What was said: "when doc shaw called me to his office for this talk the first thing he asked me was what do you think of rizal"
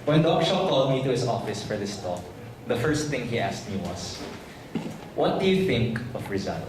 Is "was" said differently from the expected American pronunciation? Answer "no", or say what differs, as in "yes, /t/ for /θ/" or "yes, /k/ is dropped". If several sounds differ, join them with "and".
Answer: yes, /s/ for /z/